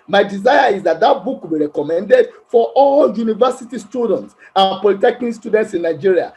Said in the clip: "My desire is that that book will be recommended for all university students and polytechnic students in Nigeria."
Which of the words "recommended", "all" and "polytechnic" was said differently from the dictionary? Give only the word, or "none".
polytechnic